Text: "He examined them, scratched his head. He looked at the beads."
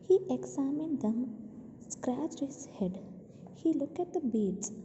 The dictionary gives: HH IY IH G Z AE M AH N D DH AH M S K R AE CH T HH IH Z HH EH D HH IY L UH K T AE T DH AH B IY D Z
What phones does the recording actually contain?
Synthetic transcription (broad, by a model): HH IY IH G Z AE M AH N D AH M S K R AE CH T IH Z HH EH D HH IY L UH K AE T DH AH B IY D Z